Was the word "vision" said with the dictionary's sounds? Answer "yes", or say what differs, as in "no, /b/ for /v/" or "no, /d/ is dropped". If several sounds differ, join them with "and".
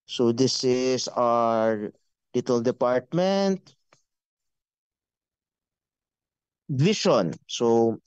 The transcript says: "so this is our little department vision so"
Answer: no, /ʃ/ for /ʒ/